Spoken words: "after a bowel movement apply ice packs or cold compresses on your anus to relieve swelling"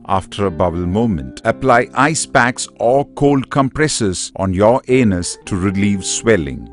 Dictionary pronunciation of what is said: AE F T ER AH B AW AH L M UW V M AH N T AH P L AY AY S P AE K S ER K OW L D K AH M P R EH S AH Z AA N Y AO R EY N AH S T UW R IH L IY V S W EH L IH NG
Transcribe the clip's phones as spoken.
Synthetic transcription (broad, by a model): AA F T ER AH B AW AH L M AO M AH N T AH P L AY AY S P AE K S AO K OW L D K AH M P R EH S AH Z AA N Y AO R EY N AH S T UW R IH L IY V S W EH L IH NG